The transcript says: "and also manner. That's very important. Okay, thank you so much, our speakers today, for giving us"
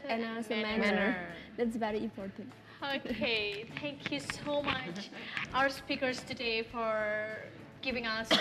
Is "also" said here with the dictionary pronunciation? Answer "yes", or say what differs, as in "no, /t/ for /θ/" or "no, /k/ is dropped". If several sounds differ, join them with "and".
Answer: no, /l/ is dropped